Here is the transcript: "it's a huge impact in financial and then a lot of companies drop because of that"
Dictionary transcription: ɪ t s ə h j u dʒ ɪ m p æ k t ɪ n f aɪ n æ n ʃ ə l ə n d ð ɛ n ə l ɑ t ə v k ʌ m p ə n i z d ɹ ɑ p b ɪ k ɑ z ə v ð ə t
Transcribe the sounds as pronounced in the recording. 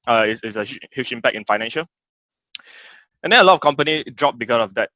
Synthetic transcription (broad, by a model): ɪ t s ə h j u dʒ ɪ m p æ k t ɪ n f aɪ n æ n ʃ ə l ə n d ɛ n ə l ɑ t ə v k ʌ m p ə n i d ɹ ɑ p b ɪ k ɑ s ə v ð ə t